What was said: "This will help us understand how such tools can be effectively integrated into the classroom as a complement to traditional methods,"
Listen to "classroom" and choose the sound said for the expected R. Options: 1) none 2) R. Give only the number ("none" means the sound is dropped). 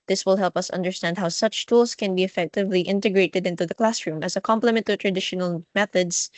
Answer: 2